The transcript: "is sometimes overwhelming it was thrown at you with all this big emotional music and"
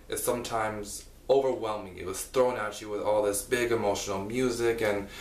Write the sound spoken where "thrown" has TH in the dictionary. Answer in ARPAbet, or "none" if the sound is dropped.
TH